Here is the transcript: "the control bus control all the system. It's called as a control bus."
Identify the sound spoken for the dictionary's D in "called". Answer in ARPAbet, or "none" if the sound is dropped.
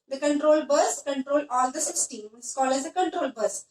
none